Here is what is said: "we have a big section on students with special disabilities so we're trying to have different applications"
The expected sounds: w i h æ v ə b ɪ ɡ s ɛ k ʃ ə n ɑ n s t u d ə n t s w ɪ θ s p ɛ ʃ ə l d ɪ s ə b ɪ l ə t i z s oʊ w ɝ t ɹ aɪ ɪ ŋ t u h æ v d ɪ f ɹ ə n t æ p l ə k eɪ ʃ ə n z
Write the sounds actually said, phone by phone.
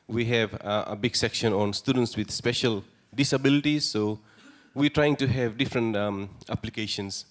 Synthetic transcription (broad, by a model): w i h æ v ə b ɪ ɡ s ɛ k ʃ ə n ɑ n s t u d ə n t s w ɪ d s p ɛ ʃ ə l d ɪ s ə b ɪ l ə t i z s oʊ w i t ɹ aɪ ɪ ŋ t u h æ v d ɪ f ɹ ə n t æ p l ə k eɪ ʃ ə n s